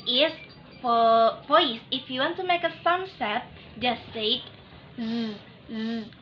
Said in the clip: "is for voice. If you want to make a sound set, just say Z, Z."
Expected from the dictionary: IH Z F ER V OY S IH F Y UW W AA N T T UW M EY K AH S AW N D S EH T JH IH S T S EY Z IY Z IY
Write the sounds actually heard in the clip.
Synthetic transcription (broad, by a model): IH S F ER P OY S IH F Y UW W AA N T T UW M EY K AH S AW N S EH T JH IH S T S EY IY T